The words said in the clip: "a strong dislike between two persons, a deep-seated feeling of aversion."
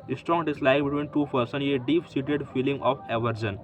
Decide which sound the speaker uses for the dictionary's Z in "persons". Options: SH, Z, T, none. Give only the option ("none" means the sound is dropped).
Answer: none